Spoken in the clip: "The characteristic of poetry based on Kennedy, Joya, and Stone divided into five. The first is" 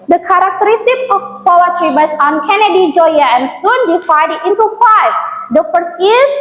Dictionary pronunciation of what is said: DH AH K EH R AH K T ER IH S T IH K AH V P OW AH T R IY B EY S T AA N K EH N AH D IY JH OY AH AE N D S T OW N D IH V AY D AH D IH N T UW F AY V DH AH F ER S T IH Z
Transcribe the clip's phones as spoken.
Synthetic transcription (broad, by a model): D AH K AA R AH K T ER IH S T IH K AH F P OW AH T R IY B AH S AA N K EH N AH D IY JH OY AH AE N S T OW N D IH F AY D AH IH N T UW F AY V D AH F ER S IH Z